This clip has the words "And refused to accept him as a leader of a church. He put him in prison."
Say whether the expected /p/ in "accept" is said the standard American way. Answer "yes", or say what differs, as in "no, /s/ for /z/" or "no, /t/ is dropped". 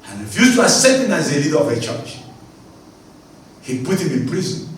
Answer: no, /p/ is dropped